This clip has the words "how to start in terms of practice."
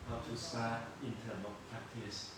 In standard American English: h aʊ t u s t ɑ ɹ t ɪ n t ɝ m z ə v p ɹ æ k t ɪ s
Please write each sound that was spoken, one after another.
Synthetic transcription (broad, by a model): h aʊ t u s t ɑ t ɪ n t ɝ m ə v p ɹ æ k t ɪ s